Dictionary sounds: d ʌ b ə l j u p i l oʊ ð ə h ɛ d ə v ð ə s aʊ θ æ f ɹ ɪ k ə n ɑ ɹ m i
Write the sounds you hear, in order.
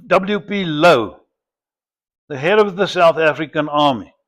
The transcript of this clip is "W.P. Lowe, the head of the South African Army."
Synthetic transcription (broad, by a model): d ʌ b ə l j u p i l oʊ ð ə h ɛ d ə v ð ə s aʊ θ æ f ɹ ɪ k ə n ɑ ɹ m i